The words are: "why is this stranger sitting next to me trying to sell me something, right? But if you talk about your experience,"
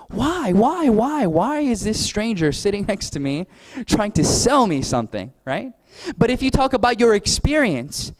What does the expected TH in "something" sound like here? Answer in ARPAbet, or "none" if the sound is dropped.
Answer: TH